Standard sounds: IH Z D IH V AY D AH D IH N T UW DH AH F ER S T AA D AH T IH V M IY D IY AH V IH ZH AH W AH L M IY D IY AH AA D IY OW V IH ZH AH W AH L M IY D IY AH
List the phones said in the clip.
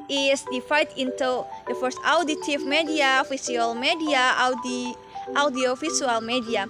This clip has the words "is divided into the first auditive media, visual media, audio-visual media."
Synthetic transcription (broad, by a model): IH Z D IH F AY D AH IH N T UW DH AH F ER S T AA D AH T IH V M IY D IY AH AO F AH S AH L M IY D IY AH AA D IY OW F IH SH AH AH L M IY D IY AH